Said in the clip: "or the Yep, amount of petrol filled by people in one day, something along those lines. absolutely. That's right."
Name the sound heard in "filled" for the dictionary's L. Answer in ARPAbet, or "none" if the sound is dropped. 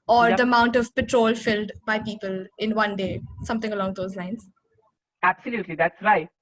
L